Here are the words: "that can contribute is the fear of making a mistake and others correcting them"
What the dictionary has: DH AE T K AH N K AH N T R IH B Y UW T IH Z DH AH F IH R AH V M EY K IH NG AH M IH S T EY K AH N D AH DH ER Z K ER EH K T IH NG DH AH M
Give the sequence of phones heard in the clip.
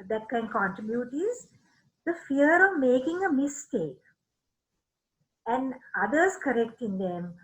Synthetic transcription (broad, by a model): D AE T K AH N K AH N T IH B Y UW T IH Z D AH F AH R AH V M EY K IH NG AH M IH S T EY K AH N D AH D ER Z K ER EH K T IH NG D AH M